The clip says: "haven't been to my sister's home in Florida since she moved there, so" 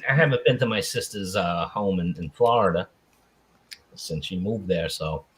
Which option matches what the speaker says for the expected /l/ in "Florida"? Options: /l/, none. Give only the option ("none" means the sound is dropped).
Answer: /l/